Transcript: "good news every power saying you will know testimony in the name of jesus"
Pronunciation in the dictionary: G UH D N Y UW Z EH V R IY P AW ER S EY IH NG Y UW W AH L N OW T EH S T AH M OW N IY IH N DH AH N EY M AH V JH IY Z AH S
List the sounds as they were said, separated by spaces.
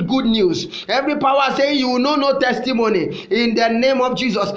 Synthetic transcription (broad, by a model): G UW D N Y UW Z EH V R IY P AW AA S EY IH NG Y UW W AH N N OW T EH S T AH M OW N IY IH N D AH N EY M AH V JH IY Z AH S